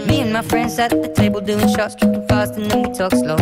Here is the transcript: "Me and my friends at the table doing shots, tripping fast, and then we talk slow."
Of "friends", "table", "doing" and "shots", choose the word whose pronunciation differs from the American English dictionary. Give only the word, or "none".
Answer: friends